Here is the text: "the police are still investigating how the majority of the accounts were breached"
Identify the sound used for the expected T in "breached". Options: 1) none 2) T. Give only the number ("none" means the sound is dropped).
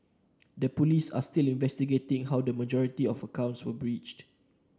2